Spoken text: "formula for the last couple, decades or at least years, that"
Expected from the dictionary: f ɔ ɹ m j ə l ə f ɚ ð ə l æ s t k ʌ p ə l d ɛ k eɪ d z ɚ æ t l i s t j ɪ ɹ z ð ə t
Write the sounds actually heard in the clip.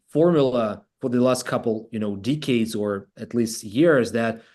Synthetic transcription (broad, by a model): f ɔ ɹ m j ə l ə f ɚ ð ə l æ s t k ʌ p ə n d ɛ k eɪ d z ɚ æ t l i s t j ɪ ɹ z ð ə t